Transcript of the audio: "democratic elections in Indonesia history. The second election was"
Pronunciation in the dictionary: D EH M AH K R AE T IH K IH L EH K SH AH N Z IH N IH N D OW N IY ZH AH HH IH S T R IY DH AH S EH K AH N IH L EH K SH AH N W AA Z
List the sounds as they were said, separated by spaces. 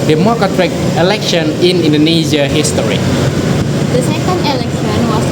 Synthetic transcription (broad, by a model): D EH M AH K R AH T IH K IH L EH K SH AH N IH N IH N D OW N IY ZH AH HH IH S T R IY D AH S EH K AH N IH L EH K S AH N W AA